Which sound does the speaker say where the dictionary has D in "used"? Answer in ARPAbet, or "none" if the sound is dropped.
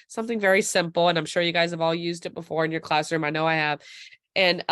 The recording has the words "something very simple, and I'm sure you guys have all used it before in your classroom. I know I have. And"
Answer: D